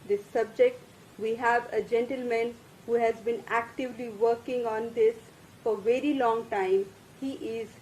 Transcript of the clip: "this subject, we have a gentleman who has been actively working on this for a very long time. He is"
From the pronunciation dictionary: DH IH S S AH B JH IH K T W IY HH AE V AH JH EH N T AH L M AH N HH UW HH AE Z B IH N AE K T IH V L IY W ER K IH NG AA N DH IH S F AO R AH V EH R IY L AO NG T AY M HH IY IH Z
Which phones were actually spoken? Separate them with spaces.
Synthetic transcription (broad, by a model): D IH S S AH B JH IH K T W IY HH AE V AH JH EH N T AH L M AH N HH UW HH AE Z B IH N AE K T IH V L IY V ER K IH NG AA N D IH S F AO R V EH R IY L AO NG T AY M HH IY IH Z